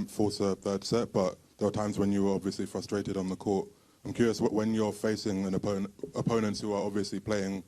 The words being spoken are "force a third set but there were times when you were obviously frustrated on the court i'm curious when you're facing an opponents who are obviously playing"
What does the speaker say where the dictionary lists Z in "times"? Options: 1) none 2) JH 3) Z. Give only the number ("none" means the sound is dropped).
3